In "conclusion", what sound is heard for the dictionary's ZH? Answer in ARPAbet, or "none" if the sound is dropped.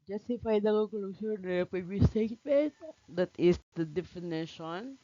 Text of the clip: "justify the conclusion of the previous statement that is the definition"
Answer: S